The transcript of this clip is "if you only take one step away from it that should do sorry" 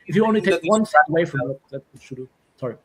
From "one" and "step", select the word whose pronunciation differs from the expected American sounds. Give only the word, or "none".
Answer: step